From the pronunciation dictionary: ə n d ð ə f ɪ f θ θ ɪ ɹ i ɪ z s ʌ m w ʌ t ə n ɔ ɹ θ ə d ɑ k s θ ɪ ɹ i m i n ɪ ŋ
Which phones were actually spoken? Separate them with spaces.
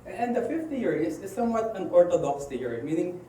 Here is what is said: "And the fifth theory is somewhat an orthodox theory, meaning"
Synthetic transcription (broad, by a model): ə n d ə f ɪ f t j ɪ ɹ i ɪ s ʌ m w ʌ t ə n ɔ ɹ t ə d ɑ k s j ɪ ɹ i m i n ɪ ŋ